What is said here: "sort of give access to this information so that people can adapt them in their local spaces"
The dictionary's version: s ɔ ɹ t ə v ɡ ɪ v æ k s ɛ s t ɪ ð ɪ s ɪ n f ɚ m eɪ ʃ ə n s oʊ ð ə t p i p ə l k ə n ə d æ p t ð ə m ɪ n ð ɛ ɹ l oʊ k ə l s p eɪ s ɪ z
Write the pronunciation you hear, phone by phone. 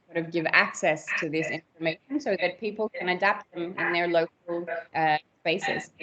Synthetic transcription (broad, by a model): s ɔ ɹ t ə v ɡ ɪ v æ k s ɛ s t ɪ ð ɪ s ɪ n f ɚ m eɪ ʃ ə n s oʊ ð ə t p i p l k ə n ə d æ p t ð ə m ɪ n ð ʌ ɹ l oʊ k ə l s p eɪ s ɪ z